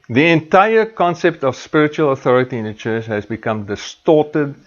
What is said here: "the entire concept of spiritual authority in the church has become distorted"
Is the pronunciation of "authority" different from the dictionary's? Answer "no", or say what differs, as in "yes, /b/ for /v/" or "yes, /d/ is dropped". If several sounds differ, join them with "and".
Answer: no